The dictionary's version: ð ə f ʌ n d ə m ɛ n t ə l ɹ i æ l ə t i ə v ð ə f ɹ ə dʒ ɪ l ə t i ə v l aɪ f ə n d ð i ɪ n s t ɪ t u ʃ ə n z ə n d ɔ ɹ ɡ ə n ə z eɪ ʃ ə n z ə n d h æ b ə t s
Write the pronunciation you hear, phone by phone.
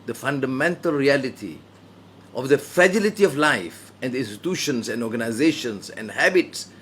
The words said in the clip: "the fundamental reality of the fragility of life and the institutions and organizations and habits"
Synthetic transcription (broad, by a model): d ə f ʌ n d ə m ɛ n t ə l ɹ i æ l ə t i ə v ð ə f ɹ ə dʒ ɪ l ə t i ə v l aɪ f ə n d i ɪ n s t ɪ t u ʃ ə n s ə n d ɔ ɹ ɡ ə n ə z eɪ ʃ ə n s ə n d h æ b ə t s